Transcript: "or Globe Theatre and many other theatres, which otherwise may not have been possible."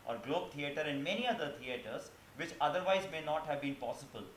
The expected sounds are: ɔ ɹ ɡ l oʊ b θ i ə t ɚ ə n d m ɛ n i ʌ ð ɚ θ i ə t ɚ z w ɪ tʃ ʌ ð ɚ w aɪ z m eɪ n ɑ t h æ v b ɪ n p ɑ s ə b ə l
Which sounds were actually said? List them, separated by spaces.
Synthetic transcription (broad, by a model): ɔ ɹ ɡ l oʊ b t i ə t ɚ ə n d m ɛ n i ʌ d ɚ t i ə t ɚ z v ɪ tʃ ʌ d ɚ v aɪ z m eɪ n ɑ t h æ v b ɪ n p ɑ s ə b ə l